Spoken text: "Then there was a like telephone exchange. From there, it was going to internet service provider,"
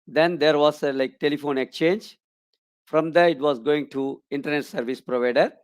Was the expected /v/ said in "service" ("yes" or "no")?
yes